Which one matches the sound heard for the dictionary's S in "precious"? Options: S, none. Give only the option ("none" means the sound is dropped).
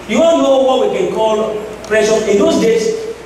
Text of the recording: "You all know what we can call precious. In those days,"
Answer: none